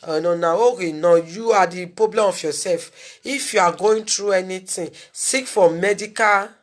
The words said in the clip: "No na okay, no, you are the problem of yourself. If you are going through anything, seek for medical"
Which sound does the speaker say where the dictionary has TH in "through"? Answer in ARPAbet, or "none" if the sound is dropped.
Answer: T